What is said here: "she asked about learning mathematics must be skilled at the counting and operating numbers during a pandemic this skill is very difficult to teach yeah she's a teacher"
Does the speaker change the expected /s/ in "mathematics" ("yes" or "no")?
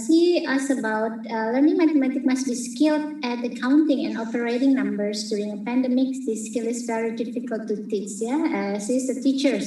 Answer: yes